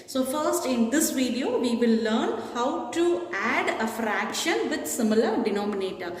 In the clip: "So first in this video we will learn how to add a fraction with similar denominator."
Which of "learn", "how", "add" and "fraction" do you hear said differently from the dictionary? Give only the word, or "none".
none